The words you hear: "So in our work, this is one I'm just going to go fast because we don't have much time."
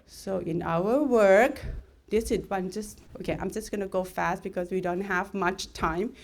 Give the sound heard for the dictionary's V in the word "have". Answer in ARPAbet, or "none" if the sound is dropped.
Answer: V